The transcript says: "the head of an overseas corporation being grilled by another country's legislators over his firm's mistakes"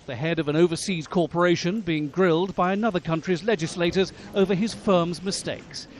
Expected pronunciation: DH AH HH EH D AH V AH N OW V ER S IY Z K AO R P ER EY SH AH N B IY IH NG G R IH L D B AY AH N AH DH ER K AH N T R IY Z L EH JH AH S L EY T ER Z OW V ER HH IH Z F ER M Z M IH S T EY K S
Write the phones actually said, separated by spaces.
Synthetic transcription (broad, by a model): DH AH HH EH D AH V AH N OW V ER S IY Z K AO R P ER EY SH AH N B IY IH NG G R IH L D B AY AH N AH DH ER K AH N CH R IY Z L EH JH AH S L EY T ER Z OW V ER IH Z F ER M Z M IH S T EY K S